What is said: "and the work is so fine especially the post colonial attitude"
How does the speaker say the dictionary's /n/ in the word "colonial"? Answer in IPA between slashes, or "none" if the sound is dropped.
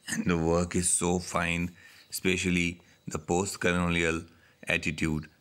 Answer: /l/